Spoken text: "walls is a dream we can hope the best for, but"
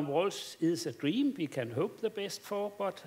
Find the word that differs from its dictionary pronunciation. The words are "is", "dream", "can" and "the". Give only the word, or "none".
is